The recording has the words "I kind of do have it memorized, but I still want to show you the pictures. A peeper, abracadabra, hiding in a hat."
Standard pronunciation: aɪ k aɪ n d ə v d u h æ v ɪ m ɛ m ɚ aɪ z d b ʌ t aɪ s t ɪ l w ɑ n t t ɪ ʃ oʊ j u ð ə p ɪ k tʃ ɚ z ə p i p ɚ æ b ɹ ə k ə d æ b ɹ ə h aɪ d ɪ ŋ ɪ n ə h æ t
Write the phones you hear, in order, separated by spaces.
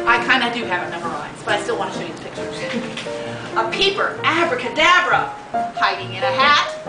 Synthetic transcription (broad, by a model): aɪ k aɪ n d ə d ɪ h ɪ v ɪ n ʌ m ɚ aɪ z b ʌ t aɪ s t ɪ l w ɑ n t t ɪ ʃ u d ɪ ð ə p ɪ k tʃ ɚ z ə p i p ɚ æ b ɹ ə k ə d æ b ɹ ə h aɪ d ɪ ŋ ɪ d ə h æ t